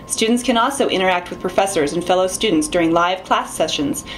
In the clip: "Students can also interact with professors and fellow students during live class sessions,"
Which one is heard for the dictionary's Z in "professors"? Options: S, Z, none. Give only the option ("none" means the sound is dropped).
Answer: Z